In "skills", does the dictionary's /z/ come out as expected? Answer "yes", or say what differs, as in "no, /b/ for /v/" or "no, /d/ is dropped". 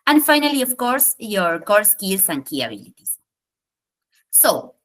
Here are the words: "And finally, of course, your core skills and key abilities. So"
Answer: no, /s/ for /z/